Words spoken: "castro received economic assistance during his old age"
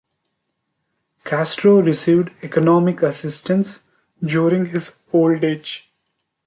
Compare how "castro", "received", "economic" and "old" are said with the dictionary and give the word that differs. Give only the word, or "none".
none